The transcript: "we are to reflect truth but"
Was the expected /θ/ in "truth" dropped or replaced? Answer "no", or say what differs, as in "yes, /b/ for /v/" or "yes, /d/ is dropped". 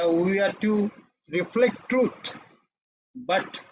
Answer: yes, /t/ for /θ/